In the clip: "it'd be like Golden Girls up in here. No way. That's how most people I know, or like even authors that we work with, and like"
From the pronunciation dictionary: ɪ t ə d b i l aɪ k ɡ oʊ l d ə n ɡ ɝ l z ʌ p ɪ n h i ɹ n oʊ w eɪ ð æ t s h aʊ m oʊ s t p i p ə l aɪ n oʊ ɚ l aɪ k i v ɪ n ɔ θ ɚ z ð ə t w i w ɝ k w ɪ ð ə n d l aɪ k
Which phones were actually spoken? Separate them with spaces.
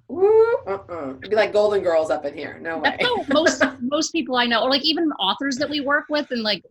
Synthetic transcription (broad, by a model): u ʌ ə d b i l aɪ k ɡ oʊ l d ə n ɡ ɝ l z ʌ p ɪ n h i ɹ n oʊ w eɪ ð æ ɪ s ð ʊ m oʊ s t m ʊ p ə l aɪ n oʊ ɚ l aɪ k i v ɪ n ɔ θ ɚ z ð ə t w i w ɝ k w ɪ ð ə n l aɪ k